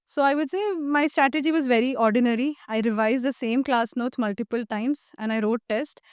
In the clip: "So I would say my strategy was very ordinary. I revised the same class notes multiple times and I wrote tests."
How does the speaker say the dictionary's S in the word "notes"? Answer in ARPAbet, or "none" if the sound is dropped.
none